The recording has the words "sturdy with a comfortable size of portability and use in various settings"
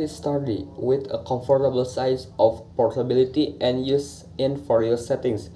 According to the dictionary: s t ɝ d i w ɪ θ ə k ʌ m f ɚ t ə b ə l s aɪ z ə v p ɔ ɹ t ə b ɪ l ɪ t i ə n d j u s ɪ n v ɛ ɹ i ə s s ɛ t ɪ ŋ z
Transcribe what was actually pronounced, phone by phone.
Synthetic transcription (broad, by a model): s t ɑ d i w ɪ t ə k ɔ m f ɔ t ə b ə l s aɪ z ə f p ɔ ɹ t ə b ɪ l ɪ t i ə n j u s ɪ n f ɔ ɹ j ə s s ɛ t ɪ ŋ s